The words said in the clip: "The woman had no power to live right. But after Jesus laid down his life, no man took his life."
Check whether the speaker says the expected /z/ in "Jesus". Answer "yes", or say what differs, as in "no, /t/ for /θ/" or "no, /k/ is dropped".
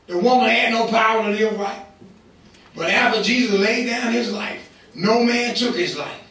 yes